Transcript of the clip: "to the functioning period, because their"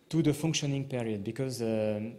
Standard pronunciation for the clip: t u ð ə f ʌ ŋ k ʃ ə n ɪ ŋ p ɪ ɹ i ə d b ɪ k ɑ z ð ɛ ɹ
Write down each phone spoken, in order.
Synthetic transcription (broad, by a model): t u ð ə f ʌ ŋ k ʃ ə n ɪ ŋ p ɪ ɹ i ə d b ɪ k ɑ z